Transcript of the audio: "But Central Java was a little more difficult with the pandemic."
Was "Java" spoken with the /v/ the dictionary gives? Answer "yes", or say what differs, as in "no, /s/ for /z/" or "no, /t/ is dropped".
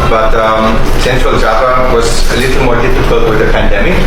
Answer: no, /p/ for /v/